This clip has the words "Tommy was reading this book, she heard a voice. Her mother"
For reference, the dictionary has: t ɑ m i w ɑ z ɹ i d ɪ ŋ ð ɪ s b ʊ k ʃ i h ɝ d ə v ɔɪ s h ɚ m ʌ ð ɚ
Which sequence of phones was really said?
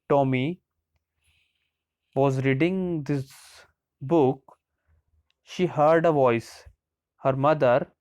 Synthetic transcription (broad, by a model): t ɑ m i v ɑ z ɹ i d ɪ ŋ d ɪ s b ʊ k ʃ i h ɝ d ə v ɔɪ s h ɚ m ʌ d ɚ